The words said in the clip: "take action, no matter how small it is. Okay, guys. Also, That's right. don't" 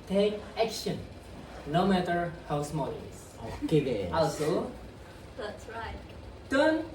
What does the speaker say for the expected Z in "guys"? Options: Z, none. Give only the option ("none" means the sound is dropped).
none